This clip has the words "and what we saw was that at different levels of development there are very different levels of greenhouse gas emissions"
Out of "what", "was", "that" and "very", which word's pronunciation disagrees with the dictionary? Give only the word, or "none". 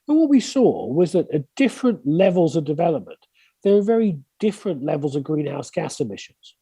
none